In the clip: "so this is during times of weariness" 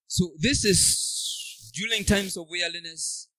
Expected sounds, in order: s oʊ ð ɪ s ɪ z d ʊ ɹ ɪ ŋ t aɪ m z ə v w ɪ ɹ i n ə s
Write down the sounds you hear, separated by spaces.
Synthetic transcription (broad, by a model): s oʊ ð ɪ s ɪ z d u l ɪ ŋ t aɪ m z ə v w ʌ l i n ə s